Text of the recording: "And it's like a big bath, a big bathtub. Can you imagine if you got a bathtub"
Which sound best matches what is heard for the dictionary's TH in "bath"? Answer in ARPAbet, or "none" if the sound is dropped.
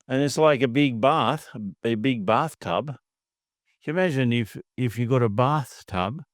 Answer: TH